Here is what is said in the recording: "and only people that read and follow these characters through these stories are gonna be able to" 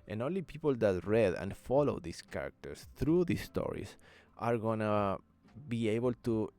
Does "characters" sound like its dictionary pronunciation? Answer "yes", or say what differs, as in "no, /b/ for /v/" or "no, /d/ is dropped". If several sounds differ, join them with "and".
no, /s/ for /z/